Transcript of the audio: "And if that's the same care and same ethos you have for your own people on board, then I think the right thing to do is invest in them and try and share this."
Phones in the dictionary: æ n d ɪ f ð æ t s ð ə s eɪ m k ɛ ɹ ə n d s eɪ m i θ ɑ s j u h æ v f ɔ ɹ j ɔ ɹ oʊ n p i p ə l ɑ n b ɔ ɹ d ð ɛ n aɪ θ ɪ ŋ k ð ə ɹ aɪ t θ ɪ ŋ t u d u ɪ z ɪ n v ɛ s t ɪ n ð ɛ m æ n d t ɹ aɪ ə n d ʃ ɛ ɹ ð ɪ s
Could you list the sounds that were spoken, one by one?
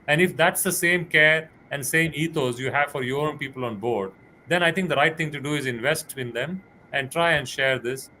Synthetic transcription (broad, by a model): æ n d ɪ f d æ t s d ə s eɪ m k ɛ ɹ ə n d s eɪ m i t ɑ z j u h æ v f ɔ ɹ j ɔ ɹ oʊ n p i p ə l ɑ n b ɔ ɹ d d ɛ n aɪ t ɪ ŋ k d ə ɹ aɪ t t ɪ ŋ t u d u ɪ z ɪ n v ɛ s t ɪ n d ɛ m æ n d t ɹ aɪ ə n d ʃ ɛ ɹ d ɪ s